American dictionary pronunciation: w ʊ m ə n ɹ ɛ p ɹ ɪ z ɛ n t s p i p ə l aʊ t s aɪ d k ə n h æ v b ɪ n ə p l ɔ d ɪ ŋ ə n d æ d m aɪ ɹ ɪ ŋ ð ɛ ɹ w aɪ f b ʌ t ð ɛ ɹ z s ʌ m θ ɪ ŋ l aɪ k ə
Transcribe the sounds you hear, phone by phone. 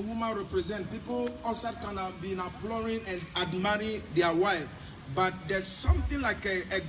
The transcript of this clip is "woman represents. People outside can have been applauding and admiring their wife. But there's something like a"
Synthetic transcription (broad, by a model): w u m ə n ɹ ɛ p ɹ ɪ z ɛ n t p i p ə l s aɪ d k ə n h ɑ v b ɪ n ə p l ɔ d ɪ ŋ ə n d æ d m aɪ ɹ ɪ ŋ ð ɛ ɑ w aɪ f b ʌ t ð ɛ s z s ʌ m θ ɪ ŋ l aɪ k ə